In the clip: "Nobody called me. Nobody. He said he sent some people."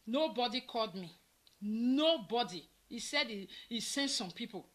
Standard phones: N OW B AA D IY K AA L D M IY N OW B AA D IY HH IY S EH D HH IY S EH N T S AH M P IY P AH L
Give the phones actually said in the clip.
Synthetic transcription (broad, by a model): N OW B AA D IY K AA L D M IY N OW B AA D IY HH IY S EH D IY IY S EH N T S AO M P IY P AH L